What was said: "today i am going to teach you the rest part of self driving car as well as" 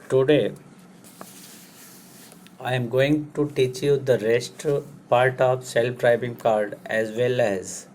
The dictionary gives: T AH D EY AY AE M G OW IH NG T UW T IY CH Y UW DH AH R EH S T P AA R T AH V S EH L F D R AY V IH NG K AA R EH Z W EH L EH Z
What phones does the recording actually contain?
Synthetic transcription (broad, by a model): T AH D EY AY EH M G OW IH NG T UW T IY CH Y UW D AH R EH S T P AA R T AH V S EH L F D R AY B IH NG K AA R EH Z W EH L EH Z